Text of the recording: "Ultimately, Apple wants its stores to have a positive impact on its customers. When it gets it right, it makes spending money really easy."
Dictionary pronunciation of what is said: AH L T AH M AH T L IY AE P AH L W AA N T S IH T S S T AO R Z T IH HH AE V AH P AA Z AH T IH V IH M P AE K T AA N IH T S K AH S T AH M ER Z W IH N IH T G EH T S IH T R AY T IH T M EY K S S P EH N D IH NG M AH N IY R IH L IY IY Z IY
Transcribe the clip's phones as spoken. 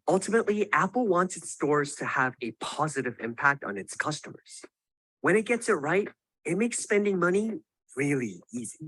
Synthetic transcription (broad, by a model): AH L T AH M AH T L IY AE P L W AA N T S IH T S S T AO R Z T IH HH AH V AH P AA Z AH T IH V IH M P AE K T N IH T S K AH S T AH M ER Z W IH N IH T G EH T S IH T R AY T IH T M EY K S S P EH N D IH NG M AH N IY R IH L IY IY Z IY